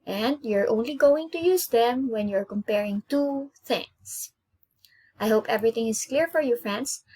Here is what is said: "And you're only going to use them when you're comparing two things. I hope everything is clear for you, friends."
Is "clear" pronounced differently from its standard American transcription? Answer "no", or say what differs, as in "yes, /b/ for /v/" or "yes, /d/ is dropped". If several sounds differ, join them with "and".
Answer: no